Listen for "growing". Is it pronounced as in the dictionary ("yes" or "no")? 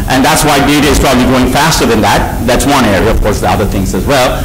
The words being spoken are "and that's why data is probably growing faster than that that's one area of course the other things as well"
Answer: no